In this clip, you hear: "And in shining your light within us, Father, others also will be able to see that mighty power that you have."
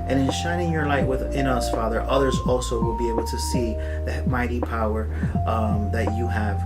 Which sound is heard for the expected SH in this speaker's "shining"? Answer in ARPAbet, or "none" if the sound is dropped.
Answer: SH